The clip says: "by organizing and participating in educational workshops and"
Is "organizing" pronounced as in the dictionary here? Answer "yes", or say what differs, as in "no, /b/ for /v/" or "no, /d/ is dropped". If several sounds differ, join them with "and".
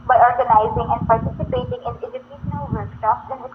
yes